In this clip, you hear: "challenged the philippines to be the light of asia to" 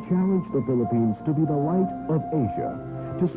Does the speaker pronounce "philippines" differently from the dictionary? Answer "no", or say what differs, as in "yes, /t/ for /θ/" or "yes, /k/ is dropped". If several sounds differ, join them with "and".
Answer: no